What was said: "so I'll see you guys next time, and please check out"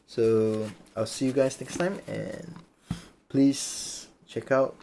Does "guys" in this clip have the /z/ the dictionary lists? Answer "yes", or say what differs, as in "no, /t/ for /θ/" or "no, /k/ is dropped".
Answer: no, /s/ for /z/